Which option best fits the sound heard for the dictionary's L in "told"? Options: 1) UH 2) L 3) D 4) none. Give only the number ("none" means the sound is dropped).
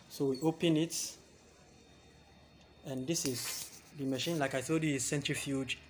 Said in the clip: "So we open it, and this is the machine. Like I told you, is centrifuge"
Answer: 4